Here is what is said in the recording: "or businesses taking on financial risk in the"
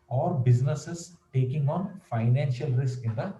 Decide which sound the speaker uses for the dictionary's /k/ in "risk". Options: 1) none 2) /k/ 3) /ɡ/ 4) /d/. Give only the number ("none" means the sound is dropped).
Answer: 2